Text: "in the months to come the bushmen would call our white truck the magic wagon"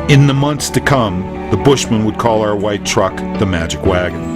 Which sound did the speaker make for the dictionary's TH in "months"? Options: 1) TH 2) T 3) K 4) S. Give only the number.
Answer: 1